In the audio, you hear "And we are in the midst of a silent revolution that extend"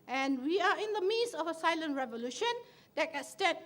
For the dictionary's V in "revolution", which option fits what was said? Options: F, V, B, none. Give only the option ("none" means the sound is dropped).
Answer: V